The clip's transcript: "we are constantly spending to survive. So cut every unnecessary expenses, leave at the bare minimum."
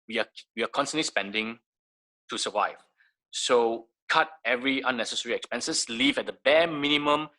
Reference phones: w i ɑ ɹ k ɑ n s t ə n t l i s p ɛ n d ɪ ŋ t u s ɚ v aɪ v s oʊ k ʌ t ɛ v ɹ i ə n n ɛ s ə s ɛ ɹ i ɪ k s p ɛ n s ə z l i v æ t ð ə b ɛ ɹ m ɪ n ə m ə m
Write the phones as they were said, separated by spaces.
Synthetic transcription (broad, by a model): w i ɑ w k ɑ n s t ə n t l i s p ɛ n d ɪ ŋ t u s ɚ v aɪ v s oʊ k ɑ t ɛ v ɹ i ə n n ɛ s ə s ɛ ɹ i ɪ k s p ɛ n s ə s l i v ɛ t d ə b ɛ m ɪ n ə m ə m